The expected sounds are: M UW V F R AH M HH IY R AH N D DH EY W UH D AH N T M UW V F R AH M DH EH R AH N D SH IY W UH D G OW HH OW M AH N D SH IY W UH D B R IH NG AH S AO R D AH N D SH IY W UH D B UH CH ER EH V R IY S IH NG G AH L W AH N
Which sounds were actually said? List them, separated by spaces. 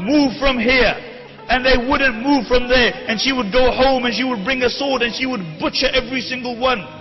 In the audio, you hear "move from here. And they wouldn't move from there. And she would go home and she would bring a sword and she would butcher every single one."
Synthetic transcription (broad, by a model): M UW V F R AH M HH IY R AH N DH EY W UH D N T M UW V F R AH M DH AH R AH N SH IY W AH D G OW HH OW M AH N SH IY W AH D B R IH NG AH S AO R D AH N SH IY W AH D B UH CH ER EH V R IY S IH NG G AH L W AH N